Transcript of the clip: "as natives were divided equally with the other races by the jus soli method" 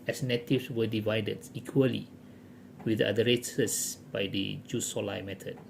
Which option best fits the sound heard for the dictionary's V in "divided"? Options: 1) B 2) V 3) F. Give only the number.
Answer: 2